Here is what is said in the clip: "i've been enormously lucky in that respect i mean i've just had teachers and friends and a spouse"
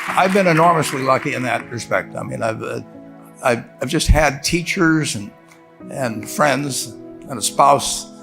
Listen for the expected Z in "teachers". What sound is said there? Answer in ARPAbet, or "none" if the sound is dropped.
Z